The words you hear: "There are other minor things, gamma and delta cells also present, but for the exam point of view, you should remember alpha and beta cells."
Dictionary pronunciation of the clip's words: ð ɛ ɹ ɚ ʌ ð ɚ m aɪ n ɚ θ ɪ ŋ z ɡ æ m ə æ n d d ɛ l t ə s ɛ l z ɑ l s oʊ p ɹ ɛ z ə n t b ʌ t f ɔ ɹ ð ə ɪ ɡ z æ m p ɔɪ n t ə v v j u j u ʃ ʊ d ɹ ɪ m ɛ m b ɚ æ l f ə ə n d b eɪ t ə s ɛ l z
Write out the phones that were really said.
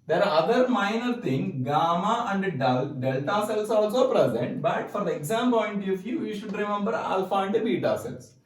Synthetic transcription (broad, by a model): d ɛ ɹ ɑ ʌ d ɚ m aɪ n ɚ t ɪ ŋ ɡ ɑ m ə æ n d d ɛ l t ə s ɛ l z ɑ l s oʊ p ɹ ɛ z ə n t b ʌ t f ɔ ɹ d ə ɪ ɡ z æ m p ɔɪ n t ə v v j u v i ʃ ʊ d ɹ ɪ m ɛ m b ɚ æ l f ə ə n d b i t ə s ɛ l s